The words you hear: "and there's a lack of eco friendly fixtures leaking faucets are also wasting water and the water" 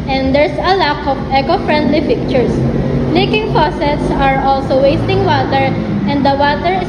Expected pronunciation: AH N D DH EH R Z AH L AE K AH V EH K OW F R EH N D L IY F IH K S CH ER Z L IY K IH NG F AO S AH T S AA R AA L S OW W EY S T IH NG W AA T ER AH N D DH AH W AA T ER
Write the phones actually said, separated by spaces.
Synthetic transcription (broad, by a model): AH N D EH R S AH L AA K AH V EH K OW F R EH N D L IY P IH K CH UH S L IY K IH NG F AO S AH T S AA R AA L S OW W EY S T IH NG W AA T ER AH N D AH W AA T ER